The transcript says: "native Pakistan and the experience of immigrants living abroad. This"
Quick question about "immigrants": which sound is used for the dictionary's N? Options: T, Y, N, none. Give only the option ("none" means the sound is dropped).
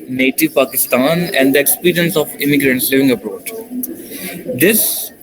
N